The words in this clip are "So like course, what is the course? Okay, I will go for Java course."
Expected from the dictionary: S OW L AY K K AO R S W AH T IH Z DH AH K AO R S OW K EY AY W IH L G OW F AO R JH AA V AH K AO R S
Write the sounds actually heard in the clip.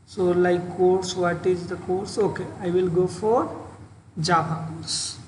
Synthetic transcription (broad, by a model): S OW L AY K K AO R S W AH T IH Z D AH K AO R S OW K EY AY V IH L G OW F AO R JH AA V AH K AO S